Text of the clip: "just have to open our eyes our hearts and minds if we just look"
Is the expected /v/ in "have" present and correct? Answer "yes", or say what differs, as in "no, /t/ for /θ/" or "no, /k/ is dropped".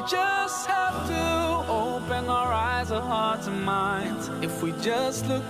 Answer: no, /f/ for /v/